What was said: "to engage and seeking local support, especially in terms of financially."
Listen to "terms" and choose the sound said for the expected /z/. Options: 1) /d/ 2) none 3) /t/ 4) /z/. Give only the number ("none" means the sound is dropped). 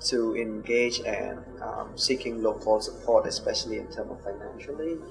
2